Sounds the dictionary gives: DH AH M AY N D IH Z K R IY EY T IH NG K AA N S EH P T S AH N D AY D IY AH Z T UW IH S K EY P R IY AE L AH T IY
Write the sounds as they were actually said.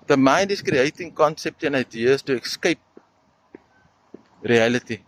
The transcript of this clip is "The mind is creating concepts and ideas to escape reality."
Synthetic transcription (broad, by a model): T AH M AY N D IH S K R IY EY T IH NG K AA N S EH P T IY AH N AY D IY AH S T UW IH S K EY P R IY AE L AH T IY